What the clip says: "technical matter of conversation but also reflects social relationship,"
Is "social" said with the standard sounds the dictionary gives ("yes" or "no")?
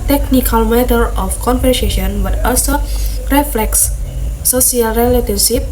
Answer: no